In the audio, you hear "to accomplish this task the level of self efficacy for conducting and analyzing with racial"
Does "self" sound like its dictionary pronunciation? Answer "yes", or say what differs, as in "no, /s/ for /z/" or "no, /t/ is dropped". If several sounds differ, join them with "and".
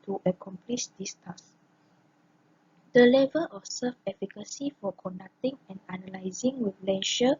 no, /l/ is dropped